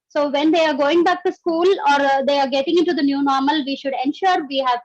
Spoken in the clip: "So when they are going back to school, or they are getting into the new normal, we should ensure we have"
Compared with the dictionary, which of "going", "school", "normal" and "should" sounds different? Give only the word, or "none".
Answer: none